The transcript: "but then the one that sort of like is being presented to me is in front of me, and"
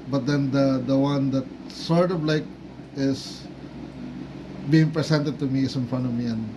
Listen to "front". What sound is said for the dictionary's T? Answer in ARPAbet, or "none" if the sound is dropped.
none